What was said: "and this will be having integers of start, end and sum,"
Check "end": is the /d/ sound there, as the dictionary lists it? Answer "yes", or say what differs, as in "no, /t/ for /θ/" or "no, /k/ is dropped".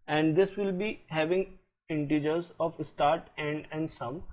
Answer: yes